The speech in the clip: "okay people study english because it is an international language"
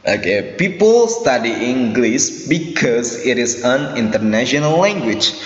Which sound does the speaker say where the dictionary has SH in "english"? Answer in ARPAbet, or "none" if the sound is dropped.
S